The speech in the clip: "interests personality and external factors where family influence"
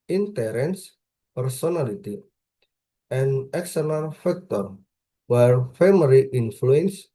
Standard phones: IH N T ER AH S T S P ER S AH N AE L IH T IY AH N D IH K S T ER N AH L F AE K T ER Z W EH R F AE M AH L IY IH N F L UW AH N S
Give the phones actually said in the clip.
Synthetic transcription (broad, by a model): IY N T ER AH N S P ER S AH N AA L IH T IY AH N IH K S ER L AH N F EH K T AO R W EH R F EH M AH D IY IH N F L UW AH N S